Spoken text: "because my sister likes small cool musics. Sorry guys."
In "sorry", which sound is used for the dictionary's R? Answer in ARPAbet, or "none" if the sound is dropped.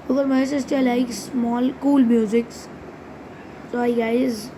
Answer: none